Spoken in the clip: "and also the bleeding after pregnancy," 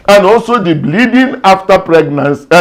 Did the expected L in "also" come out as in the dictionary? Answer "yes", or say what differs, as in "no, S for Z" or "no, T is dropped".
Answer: yes